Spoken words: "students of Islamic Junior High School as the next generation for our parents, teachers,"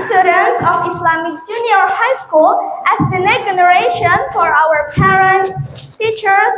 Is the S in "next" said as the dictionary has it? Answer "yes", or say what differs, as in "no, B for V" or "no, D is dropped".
no, S is dropped